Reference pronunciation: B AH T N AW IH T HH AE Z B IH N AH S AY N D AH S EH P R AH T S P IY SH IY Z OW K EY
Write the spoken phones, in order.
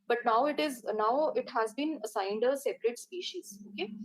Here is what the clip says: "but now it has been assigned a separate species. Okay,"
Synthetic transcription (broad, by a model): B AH T N AW IH T HH AE Z B IH N AH S AY N D AH S EH P R AH T S P IY SH IY Z OW K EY